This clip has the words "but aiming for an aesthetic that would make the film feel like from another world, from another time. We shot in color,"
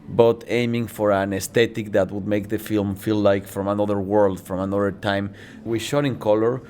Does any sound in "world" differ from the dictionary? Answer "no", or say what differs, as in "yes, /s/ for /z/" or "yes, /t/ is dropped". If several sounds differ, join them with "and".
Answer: no